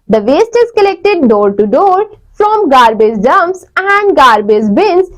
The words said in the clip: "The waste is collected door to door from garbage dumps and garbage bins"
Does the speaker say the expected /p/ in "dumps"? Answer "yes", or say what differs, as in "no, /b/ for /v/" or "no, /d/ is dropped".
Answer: no, /p/ is dropped